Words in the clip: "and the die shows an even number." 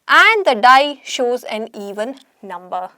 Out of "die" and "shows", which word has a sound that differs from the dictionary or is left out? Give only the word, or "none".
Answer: none